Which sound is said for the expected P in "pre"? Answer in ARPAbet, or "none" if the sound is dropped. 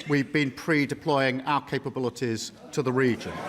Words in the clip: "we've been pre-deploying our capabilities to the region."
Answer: P